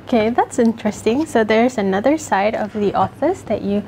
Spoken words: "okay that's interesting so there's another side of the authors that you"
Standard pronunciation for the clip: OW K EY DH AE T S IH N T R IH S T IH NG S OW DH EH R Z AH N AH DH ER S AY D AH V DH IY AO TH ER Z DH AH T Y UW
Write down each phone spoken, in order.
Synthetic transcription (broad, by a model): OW K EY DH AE T S IH N T R IH S T IH NG S OW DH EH R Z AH N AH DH ER S AY D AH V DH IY AO F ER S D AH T Y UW